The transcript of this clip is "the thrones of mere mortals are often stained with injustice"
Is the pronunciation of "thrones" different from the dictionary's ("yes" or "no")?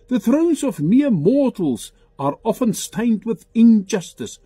no